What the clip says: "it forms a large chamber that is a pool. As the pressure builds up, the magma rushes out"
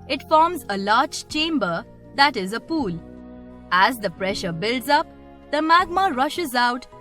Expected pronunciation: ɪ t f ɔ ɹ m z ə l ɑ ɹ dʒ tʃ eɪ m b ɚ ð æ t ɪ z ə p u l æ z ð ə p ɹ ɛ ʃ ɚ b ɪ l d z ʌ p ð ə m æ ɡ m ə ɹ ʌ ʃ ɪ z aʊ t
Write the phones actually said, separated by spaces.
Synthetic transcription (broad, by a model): ɪ t f ɔ ɹ m z ə l ɑ ɹ dʒ tʃ eɪ m b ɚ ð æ t ɪ z ə p u l æ z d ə p ɹ ɛ ʃ ɚ b ɪ l d z ʌ p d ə m æ ɡ m ə ɹ ʌ ʃ ɪ z aʊ t